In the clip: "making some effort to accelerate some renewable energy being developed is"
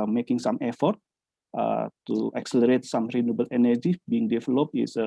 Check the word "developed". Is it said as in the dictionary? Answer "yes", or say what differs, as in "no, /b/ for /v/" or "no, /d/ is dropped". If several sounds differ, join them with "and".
no, /t/ is dropped